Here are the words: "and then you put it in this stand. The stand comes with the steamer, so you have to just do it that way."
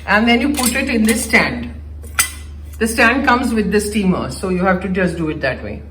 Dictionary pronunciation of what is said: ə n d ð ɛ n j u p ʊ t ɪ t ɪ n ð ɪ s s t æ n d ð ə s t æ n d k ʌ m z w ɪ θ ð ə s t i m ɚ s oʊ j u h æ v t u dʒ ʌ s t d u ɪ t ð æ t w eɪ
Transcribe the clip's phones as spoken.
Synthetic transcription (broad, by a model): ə n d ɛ n j u p ʊ t ɪ t ɪ n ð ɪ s s t æ n d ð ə s t æ n d k ʌ m z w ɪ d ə s t i m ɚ s oʊ j u h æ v t u dʒ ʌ s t d u ɪ t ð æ t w eɪ